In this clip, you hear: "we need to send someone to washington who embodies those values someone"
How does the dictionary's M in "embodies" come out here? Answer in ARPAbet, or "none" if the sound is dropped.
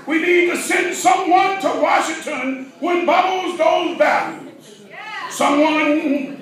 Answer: none